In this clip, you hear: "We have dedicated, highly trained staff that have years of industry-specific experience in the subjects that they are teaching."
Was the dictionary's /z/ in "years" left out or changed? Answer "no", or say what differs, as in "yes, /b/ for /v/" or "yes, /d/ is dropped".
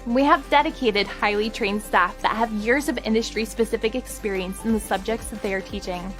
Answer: no